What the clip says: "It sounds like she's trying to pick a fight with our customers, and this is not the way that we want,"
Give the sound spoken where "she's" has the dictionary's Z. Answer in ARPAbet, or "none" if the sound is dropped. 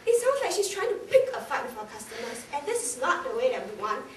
S